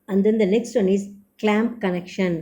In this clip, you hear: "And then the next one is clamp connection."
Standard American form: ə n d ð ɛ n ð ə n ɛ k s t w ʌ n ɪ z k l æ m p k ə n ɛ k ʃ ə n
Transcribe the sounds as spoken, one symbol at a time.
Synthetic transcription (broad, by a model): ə n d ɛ n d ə n ɛ k s t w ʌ n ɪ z k l æ m p k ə n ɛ k ʃ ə n